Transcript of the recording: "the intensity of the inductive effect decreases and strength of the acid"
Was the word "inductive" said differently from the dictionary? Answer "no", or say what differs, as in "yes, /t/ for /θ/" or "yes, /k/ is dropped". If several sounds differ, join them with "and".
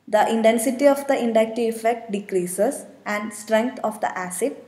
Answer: yes, /v/ is dropped